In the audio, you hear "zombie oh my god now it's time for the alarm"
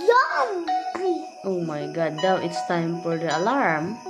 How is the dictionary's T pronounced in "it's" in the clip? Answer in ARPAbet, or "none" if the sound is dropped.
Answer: T